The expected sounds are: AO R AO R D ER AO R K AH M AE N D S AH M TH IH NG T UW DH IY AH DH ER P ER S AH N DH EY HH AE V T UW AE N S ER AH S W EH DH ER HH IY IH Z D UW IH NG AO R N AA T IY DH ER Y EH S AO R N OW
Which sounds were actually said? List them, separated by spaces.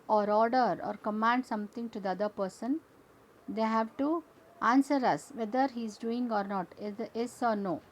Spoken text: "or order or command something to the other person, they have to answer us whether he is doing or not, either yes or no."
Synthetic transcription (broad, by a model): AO R AO R D ER AO R K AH M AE N D S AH M T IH NG T UW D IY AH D ER P ER S AH N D EY HH AE V T UW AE N S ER AH S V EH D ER HH IY IH Z D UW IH NG AO R N AA T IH ER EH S AO R N OW